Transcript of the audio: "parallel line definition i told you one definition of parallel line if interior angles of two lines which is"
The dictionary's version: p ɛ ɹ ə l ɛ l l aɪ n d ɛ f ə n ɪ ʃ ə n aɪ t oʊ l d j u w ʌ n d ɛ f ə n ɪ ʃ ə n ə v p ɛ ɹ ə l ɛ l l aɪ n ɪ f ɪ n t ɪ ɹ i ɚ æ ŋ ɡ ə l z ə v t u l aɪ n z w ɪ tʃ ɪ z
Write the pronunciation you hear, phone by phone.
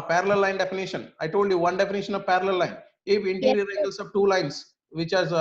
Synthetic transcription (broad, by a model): p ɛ ɹ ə l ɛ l l aɪ n d ɛ f ə n ɪ ʃ ə n aɪ t oʊ l d j u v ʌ n d ɛ f ə n ɪ ʃ ə n ə v p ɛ ɹ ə l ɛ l l aɪ n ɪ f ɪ n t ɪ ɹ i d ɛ ɡ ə l s ə v t u l aɪ n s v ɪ tʃ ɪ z